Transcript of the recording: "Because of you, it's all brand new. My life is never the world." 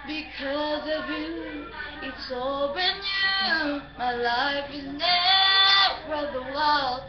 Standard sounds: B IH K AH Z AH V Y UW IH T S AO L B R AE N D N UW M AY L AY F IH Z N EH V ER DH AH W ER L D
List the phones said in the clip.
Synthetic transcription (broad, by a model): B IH K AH Z AH V Y UW IH T S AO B IH N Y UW M AY L AY F IH Z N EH F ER DH AH W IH L